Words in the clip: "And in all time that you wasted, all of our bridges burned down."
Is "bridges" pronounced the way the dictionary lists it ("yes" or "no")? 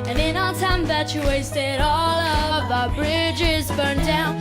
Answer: yes